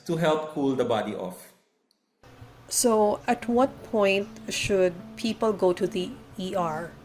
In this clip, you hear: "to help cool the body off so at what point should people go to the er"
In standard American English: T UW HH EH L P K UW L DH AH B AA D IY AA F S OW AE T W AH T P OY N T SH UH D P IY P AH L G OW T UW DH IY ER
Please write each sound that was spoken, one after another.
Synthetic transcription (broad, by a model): T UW HH EH L P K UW L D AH B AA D IY AA F S OW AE T W AH T P OY N T SH UH D P IY P AH L G OW T UW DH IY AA